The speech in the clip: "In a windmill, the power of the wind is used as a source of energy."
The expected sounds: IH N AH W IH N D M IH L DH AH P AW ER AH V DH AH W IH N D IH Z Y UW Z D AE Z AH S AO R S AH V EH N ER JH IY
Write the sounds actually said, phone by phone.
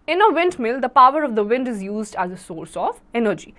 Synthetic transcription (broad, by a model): IH N AH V IH N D M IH L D AH P AW ER AH V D AH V IH N D IH Z Y UW Z D AE Z AH S AO R S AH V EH N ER JH IY